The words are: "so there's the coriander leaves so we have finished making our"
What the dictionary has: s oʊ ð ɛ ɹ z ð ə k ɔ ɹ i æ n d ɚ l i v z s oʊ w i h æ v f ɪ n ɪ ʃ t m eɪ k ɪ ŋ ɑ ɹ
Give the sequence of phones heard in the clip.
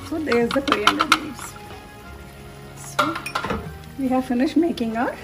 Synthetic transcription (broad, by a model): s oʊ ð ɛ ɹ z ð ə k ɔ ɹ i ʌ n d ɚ n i z s oʊ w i h æ v f ɪ n ɪ ʃ t m eɪ k ɪ ŋ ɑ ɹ